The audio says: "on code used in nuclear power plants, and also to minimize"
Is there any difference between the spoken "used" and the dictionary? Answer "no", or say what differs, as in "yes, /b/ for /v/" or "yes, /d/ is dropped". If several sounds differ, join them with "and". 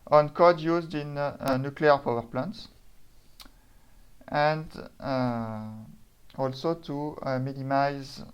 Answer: no